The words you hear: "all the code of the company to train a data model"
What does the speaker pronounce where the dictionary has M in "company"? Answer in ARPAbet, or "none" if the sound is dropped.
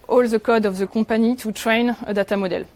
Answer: none